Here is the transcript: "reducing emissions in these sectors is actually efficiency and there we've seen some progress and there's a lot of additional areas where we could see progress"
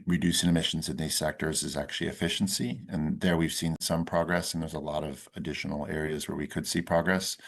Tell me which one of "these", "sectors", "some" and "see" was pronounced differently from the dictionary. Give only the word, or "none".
none